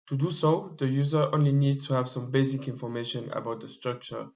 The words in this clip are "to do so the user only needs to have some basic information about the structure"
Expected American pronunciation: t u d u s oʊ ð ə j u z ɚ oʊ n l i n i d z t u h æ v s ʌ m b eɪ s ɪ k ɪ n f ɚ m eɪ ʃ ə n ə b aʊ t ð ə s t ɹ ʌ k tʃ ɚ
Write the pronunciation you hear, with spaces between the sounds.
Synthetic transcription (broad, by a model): t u d u s oʊ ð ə j u z ɚ oʊ n l i n i d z t u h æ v s ʌ m b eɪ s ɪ k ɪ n f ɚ m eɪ ʃ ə n ə b aʊ t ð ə s t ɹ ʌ k tʃ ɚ